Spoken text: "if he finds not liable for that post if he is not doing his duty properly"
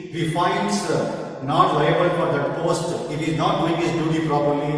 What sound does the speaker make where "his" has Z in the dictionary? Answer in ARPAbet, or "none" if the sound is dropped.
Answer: S